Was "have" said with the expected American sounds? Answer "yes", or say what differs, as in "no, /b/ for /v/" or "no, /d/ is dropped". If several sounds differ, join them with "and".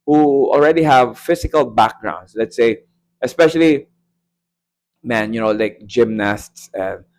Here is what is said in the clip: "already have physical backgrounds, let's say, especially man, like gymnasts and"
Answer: yes